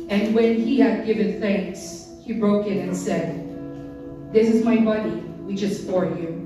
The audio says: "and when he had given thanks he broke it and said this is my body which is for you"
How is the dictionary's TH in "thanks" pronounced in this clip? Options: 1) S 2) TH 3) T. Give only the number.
2